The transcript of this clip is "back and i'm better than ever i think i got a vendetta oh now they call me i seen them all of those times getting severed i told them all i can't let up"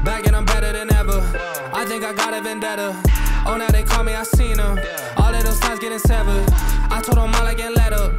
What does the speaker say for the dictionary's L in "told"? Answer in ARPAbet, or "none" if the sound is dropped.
none